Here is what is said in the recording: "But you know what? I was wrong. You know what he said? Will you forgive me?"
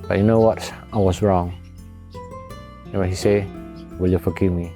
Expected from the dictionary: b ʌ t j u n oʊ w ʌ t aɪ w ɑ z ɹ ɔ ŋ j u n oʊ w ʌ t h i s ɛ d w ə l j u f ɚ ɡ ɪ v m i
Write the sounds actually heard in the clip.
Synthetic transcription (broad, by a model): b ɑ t j u n oʊ w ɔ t aɪ w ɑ s ɹ ɔ ŋ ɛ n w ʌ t h i s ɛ w ə l j u f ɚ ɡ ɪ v m i